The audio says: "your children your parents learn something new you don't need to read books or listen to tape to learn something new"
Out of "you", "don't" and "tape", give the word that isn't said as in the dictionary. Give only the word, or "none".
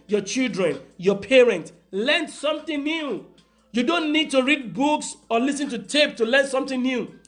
none